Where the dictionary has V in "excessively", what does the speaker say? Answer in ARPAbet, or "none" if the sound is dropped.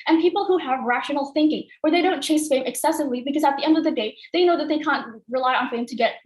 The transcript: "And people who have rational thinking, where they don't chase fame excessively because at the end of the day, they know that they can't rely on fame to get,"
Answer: V